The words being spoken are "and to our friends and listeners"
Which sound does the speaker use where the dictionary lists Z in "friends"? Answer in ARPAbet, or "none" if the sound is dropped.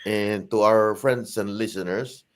S